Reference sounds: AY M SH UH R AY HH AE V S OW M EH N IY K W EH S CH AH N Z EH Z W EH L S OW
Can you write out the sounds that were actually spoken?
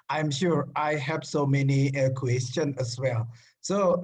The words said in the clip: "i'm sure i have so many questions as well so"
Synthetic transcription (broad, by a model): AY M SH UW R AY HH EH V S OW M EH N IY K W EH S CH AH N EH S W EH L S OW